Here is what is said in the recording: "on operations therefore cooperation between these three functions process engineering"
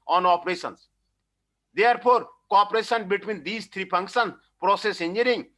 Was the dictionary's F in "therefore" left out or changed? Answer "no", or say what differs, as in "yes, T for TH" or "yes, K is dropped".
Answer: yes, P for F